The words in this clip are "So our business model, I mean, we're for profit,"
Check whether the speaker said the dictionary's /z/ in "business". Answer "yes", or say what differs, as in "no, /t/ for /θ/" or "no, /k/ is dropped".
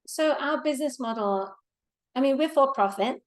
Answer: yes